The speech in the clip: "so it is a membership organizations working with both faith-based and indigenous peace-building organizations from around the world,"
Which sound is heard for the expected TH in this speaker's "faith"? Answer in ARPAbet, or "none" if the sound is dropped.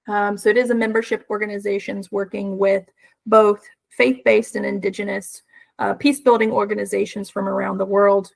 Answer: TH